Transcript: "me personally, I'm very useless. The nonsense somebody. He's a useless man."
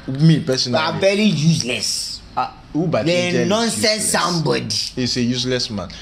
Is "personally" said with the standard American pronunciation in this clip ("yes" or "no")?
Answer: no